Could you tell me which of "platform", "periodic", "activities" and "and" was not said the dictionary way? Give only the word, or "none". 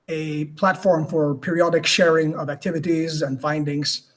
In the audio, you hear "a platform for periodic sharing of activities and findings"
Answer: none